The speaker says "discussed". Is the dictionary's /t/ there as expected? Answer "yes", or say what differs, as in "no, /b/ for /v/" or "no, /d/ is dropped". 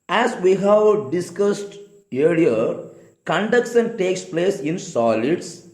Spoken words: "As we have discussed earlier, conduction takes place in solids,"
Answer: yes